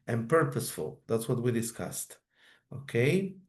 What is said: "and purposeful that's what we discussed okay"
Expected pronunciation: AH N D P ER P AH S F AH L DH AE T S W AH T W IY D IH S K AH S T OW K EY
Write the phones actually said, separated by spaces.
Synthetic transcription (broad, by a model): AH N P ER P AH S F AH L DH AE T S W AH T W IY D IH S K AH S T OW K EY